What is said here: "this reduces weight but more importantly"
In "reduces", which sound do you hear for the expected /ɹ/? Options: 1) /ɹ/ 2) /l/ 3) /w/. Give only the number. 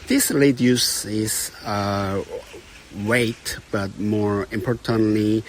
2